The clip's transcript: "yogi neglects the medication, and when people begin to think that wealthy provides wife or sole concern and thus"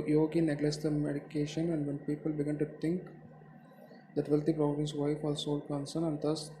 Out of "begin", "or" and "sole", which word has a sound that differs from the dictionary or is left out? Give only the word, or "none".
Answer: or